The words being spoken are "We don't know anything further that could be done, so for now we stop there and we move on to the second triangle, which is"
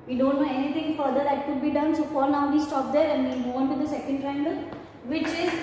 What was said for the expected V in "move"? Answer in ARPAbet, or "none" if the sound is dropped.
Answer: none